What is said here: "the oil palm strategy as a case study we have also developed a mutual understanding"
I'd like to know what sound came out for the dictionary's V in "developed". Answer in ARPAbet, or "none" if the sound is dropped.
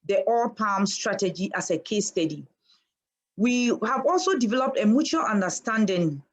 V